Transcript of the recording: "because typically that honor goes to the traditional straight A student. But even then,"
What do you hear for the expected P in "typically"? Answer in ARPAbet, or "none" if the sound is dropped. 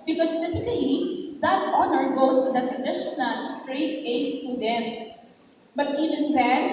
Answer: F